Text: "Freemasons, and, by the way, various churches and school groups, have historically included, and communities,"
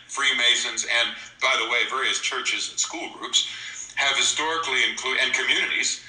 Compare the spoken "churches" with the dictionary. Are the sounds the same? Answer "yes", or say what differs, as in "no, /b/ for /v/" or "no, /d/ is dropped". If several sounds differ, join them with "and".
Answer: yes